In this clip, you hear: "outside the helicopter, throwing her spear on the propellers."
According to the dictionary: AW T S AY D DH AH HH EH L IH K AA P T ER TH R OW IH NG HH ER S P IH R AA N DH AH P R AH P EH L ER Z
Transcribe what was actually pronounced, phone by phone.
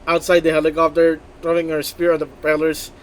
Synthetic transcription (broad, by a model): AW T S AY D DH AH HH EH L IH K AA P T ER T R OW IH NG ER S P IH R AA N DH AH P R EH L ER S